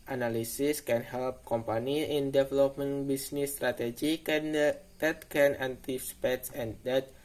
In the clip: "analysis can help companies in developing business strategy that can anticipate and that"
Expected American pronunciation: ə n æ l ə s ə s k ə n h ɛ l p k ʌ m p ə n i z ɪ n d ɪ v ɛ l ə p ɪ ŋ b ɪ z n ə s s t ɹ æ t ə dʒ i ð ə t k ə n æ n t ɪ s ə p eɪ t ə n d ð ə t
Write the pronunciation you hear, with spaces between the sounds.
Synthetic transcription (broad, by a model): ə n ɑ l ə s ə s k ə n h ɛ l p k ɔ m p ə n i ɪ n d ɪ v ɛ l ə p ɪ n b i s n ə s s t ɹ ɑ t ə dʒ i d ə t k ə n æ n t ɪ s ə p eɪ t ə n d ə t